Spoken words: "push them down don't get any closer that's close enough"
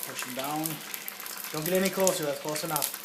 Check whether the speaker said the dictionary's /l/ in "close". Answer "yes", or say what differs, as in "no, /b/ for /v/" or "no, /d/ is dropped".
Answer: no, /l/ is dropped